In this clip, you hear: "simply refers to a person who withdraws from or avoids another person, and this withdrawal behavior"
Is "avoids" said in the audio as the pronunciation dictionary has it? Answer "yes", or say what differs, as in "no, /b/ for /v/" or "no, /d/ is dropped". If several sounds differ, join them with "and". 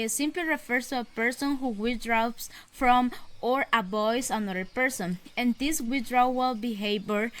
no, /b/ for /v/